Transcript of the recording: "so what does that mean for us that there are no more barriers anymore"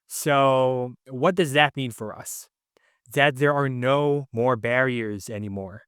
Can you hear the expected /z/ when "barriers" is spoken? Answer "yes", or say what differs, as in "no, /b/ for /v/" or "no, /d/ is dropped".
yes